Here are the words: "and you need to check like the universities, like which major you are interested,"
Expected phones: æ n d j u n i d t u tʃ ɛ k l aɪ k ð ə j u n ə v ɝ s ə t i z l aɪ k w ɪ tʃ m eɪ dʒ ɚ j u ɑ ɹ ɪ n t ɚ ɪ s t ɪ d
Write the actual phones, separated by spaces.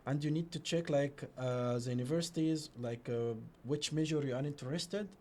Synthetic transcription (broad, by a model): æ n d j u n i d t u tʃ ɛ k l aɪ k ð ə j u n ə v ɝ s ə t i z l aɪ k w ɪ tʃ m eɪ ʒ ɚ j u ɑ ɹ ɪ n t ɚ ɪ s t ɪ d